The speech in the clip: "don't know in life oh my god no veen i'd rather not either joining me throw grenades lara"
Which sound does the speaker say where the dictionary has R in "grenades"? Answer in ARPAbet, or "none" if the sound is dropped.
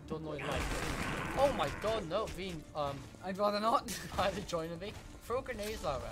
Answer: none